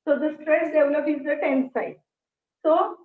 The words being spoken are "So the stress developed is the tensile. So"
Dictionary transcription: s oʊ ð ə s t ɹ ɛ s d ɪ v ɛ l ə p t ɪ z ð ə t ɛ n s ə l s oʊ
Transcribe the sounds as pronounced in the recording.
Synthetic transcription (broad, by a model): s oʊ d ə s t ɹ ɛ s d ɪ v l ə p ɪ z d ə t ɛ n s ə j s oʊ